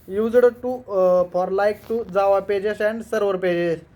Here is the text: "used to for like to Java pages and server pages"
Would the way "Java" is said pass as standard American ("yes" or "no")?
no